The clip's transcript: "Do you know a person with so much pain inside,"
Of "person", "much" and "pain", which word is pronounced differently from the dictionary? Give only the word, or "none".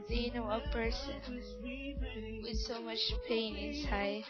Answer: none